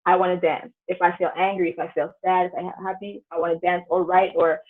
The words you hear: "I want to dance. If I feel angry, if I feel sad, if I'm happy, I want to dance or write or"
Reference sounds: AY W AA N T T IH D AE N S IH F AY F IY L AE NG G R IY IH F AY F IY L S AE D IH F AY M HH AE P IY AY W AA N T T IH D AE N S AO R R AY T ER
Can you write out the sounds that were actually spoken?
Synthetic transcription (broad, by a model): AY W AA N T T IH D AE N S IH F AY F IY L AE NG G R IY IH F AY F IY L S AE D IH F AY HH AE P IY AY W AA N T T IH D AE N S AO L R AY T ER